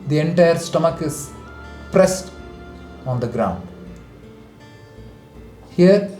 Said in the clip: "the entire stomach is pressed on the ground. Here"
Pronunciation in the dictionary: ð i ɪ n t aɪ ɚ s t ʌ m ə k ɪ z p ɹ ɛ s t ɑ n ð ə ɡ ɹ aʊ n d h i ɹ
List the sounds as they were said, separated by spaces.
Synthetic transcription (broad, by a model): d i ɪ n t aɪ ɚ s t ʌ m ə k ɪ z p ɹ ɛ s t ɑ n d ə ɡ ɹ aʊ n d h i ɹ